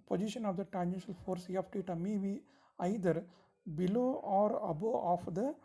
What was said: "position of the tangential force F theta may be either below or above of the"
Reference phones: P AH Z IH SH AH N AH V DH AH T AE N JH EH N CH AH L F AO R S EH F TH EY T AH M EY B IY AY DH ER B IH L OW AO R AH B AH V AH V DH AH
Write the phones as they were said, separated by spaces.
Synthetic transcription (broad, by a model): P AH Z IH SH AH N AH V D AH T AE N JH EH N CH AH L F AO R S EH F T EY T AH M EY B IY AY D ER B IH L OW AO R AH B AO AH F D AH